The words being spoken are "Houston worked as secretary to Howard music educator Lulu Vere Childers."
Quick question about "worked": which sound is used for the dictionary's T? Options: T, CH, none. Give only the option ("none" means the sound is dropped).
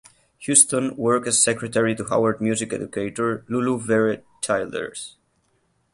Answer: none